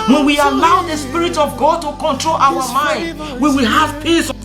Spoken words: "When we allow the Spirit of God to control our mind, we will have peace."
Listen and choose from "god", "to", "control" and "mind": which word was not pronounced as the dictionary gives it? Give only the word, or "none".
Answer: none